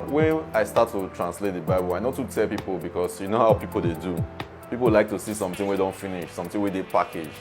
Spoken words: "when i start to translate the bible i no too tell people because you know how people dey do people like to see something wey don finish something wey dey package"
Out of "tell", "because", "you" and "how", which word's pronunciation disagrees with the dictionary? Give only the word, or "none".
because